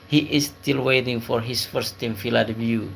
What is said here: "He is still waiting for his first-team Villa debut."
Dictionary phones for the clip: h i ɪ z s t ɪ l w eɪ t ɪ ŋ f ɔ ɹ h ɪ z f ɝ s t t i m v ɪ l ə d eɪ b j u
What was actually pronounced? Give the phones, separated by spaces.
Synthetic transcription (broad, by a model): h i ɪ s t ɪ l w eɪ t ɪ ŋ f ɔ ɹ h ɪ s f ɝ s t t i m f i l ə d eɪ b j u